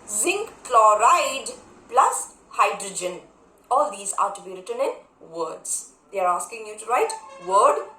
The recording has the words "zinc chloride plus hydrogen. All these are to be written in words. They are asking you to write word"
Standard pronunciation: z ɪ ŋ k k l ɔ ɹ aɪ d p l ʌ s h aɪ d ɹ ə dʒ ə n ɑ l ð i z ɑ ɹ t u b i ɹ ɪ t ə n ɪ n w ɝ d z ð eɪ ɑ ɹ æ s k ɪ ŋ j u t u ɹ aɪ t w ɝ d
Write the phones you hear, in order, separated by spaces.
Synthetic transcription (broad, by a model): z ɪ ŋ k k l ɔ ɹ aɪ d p l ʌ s h aɪ d ɹ ə dʒ ə n ɑ l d i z ɑ ɹ t u b i ɹ ɪ t ə n ɪ n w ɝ d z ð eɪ ɑ ɹ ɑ s k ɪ ŋ j u t u ɹ aɪ t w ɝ d